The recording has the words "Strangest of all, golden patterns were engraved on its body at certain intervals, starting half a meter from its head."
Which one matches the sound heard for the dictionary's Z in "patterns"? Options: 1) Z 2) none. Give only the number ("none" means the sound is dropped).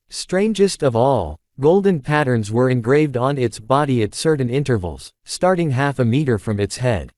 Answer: 1